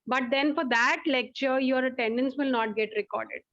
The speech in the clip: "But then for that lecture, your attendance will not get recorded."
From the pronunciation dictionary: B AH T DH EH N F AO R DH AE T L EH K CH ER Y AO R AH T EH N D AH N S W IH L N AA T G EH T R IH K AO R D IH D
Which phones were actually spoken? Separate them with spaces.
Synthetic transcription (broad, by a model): B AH T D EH N F AO R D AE T L EH K CH ER Y AO R AH T EH N D AH N S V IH L N AA T G EH T R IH K AO R D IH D